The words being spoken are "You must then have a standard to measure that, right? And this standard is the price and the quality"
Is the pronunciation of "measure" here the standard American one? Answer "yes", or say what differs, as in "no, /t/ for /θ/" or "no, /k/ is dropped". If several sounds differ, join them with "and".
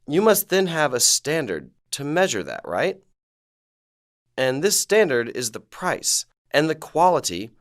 yes